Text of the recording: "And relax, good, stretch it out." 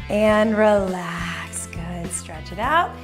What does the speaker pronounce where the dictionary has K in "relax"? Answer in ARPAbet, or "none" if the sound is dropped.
K